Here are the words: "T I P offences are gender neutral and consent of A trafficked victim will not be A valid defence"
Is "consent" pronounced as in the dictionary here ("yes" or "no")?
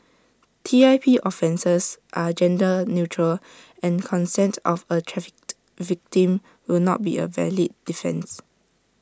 yes